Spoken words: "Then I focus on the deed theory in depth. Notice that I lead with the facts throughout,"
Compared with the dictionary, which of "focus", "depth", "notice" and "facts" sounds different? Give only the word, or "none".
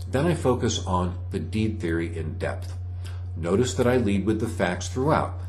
none